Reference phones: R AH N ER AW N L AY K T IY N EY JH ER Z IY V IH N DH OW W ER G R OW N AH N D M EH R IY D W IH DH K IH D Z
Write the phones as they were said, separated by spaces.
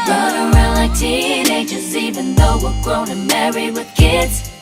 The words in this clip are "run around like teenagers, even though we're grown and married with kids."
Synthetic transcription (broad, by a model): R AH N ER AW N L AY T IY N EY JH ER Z IY V IH N DH OW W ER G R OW AH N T M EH R IY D W IH DH K IH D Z